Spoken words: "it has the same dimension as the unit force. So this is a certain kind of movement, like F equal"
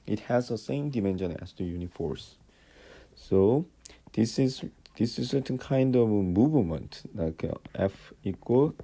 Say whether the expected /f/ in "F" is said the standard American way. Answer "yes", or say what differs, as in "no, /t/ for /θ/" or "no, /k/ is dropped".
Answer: yes